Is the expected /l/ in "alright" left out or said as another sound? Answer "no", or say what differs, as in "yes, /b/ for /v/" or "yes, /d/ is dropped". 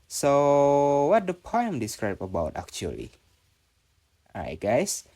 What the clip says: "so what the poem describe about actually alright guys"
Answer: yes, /l/ is dropped